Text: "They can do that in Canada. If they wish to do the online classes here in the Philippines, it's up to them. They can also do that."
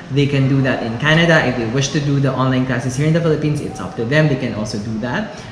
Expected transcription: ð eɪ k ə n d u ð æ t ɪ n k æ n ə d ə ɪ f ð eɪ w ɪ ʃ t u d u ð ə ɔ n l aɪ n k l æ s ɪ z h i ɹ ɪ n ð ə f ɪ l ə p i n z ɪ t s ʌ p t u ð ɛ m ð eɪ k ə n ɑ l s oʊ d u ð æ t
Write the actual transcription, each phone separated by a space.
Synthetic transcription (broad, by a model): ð eɪ k ə n d u ð æ t ɪ n k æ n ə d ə ɪ f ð eɪ w ɪ ʃ t u d u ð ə ɔ n l aɪ n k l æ s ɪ s h i ɹ ɪ n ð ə f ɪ l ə p i n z ɪ t s ʌ p t u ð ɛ m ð eɪ k ə n ɑ l s oʊ d u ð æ t